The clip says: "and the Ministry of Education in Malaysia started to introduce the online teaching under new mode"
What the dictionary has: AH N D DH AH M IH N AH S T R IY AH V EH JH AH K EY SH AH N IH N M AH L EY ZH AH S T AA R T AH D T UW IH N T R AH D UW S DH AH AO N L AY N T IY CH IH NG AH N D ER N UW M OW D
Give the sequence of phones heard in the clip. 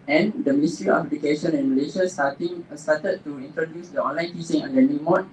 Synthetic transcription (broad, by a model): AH N D AH M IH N S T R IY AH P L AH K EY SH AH N IH N M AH L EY SH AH S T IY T T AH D T UW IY N T R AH D UW S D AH AO N L AY N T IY S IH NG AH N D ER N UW M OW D